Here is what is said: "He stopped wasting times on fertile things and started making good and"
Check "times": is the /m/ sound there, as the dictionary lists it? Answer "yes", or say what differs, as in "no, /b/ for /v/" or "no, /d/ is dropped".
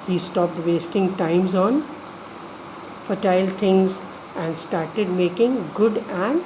yes